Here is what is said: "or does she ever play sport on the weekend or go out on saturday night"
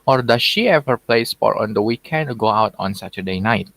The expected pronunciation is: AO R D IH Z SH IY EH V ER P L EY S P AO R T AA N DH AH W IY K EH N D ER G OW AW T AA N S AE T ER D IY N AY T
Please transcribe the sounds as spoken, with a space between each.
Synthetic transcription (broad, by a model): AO R D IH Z SH IY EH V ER P L EY S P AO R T AA N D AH W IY K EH N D G OW AW T AA N S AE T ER D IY N AY T